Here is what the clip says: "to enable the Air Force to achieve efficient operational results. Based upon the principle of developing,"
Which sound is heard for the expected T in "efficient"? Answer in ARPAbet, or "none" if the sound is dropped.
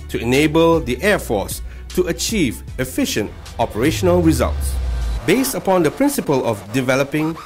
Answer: T